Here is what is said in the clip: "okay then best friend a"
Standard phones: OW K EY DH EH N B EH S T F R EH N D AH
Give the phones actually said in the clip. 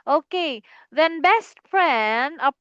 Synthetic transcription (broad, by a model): OW K EY DH EH N B EH S T P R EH N AH